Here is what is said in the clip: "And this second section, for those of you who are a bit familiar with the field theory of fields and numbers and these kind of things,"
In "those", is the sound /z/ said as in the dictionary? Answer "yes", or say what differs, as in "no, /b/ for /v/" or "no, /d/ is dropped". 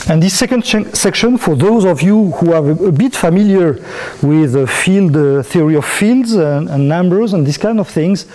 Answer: yes